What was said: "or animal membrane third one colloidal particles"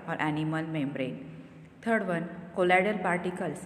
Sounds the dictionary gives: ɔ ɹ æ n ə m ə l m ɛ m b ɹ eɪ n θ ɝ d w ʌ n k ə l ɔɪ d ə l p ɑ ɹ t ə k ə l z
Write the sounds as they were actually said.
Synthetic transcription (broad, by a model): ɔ ɹ æ n ə m ə l m ɛ m b ɹ eɪ n t ɝ d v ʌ n k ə l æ d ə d p ɑ ɹ t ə k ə l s